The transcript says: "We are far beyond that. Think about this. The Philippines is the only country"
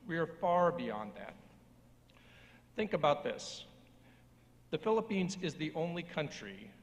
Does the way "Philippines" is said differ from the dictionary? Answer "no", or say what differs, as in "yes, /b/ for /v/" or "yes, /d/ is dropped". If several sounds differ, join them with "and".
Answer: no